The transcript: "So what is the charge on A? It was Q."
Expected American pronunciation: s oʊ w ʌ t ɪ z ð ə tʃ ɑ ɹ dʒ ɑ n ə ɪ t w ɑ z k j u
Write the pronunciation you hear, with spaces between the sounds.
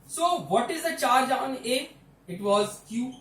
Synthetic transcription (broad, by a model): s oʊ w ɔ t ɪ z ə tʃ ɑ ɹ dʒ ɑ n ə ɪ t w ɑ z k j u